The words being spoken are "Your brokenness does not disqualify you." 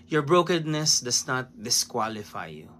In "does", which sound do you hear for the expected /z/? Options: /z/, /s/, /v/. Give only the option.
/s/